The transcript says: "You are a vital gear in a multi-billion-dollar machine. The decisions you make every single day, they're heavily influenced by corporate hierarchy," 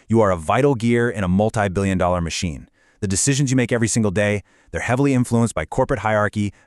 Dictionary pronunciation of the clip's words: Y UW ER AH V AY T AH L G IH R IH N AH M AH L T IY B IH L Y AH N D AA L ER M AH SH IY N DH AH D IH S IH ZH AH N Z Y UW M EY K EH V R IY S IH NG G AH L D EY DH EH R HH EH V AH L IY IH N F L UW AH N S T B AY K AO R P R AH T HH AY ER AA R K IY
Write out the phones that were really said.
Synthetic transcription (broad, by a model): Y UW ER AH V AY T L G IH R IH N AH M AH L T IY B IH L Y AH N D AA L ER M AH SH IY N DH AH D IH S IH ZH AH N Z Y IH M EY K EH V R IY S IH NG G L D EY DH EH R HH EH V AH L IY IH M F L UW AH N S B AY K AO R P R AH T HH AY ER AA R K IY